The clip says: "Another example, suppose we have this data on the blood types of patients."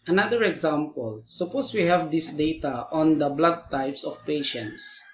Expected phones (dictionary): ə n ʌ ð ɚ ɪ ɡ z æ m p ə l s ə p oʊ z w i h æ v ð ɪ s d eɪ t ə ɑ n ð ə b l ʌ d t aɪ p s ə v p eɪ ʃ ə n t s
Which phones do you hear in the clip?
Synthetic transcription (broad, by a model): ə n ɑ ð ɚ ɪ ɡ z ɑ m p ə l s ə p oʊ s w i h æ v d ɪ s d eɪ t ə ɑ n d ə b l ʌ d t aɪ p s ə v p eɪ ʃ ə n t s